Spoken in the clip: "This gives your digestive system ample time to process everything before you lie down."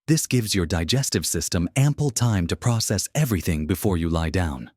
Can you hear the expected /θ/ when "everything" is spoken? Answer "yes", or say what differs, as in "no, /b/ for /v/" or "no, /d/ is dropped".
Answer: yes